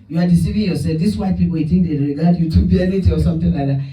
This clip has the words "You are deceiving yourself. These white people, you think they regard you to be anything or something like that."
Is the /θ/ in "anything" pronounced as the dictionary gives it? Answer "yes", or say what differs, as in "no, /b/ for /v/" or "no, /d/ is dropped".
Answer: no, /t/ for /θ/